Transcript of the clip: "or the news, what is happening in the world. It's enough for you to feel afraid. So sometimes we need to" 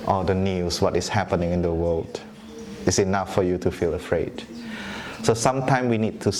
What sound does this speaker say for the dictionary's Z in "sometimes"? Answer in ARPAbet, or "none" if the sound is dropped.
none